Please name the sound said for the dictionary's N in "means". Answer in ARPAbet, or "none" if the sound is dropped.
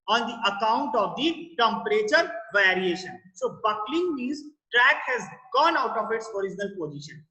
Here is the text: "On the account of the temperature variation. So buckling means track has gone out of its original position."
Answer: none